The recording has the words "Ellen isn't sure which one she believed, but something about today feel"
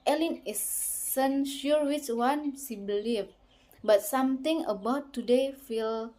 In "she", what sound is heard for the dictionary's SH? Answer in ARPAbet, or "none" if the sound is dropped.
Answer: S